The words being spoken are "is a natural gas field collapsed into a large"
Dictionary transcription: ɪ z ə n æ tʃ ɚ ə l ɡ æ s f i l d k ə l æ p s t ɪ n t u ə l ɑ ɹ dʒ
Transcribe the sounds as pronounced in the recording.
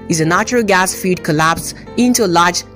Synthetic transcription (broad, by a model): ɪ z ə n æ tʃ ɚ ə l ɡ æ s f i d k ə l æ p s ɪ n t u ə l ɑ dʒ